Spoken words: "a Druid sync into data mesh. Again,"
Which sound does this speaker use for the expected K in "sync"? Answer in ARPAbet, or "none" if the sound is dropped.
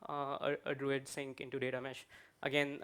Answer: K